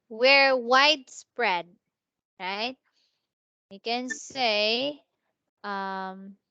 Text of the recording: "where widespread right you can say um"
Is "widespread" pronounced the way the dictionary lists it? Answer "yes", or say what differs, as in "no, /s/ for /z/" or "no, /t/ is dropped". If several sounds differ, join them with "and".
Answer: yes